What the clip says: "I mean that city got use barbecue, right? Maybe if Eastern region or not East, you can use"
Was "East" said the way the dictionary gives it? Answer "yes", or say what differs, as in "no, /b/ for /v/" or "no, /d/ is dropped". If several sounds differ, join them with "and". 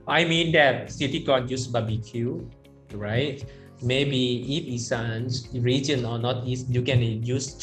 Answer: yes